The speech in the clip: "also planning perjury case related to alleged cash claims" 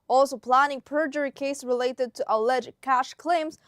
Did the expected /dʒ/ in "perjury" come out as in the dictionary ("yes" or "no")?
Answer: yes